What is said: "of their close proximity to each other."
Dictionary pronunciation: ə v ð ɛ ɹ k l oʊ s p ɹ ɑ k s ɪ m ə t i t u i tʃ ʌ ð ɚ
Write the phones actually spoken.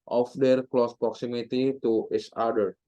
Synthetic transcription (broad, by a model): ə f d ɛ ɹ k l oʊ s p ɹ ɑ k s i m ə t i t u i s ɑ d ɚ